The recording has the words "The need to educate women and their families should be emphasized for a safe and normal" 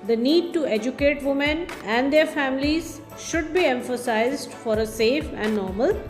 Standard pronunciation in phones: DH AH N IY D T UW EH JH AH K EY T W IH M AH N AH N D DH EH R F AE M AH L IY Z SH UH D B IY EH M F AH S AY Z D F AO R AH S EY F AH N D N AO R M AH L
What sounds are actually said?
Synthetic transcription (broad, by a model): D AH N IY D T UW EH JH AH K EY T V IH M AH N AH N D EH R F AE M AH L IY Z SH UH D B IY EH M F AH S AY Z D F AO R AH S EY F AH N D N AO R M AH L